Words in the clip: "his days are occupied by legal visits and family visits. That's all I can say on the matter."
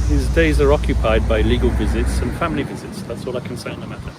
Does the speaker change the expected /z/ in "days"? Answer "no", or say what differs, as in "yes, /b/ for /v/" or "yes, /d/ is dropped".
no